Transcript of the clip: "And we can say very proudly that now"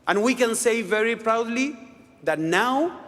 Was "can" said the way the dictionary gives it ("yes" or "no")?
yes